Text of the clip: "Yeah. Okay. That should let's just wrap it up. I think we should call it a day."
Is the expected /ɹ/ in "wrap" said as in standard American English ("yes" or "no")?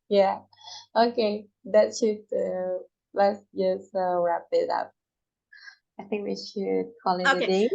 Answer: yes